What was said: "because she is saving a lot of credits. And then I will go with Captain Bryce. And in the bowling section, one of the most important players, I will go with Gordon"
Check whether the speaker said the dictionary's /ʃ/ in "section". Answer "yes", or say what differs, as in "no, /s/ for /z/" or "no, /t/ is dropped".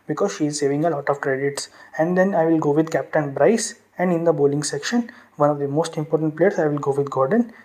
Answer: yes